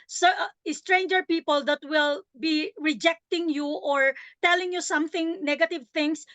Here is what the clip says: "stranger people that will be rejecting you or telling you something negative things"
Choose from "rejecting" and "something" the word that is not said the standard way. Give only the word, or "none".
none